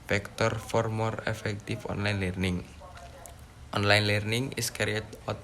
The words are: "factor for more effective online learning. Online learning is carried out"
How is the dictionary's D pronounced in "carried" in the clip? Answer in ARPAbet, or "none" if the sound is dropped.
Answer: none